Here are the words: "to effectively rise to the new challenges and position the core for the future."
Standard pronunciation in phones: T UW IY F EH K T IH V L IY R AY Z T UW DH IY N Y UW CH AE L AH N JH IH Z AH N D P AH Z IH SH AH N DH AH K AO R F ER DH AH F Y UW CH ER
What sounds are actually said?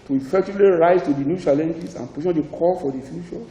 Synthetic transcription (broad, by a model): T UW IY F EH K T IH V L IY R AY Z T UW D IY N Y UW CH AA L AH N JH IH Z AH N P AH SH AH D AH K AO L F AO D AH F Y UW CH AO